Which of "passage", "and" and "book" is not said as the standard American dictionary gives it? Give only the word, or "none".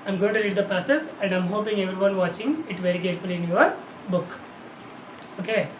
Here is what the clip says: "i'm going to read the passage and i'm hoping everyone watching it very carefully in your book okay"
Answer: passage